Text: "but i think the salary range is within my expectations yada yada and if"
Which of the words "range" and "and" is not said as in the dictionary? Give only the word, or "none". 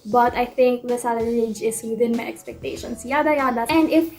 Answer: range